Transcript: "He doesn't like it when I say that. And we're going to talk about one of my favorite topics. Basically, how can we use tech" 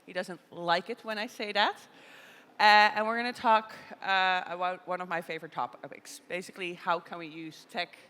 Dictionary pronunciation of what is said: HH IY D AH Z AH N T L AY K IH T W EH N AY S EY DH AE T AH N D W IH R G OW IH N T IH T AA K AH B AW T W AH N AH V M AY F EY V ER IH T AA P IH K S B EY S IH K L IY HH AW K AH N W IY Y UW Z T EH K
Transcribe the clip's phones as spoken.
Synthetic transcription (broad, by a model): HH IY D AH Z AH N T L AY K IH T W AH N AY S EY DH AE T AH N W IH R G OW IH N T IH T AA K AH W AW W AH N AH V M AY F EY V ER IH T AA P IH K S B EY S IH K L IY HH AW K AH N W IY Y UW Z T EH K